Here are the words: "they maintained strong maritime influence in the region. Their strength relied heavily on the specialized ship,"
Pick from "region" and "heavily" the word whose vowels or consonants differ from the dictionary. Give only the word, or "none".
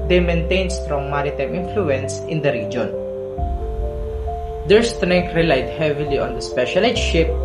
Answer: none